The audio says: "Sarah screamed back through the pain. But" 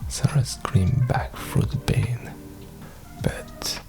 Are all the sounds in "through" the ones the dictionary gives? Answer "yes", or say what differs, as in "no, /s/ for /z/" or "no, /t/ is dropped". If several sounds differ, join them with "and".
no, /f/ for /θ/